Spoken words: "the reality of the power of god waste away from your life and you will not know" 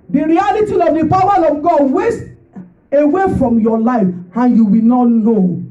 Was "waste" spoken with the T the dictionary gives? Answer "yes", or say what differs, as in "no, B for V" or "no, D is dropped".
yes